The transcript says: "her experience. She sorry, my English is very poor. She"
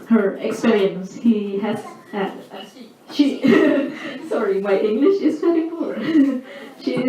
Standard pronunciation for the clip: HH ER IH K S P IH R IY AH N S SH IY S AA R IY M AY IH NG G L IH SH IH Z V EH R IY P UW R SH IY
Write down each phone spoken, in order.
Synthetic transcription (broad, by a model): HH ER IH K S P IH R IY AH N S SH IY S AA R IY M AY IH NG G L IH SH IH Z P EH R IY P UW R SH IY